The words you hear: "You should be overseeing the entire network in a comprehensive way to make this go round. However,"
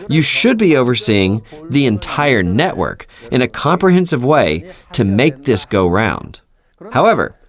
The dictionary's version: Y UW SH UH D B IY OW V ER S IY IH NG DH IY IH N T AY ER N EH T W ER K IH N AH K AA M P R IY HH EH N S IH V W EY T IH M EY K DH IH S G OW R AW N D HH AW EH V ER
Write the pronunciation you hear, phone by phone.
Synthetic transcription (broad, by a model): Y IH SH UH D B IY OW V ER S IY IH NG DH IY IH N T AY ER N EH T W ER K IH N AH K AA M P R IY HH EH N S IH V W EY T IH M EY K DH IH S G OW R AW N D HH AW EH V ER